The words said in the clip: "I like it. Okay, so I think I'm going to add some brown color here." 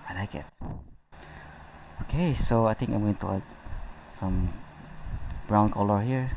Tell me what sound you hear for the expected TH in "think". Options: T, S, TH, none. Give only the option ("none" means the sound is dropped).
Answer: T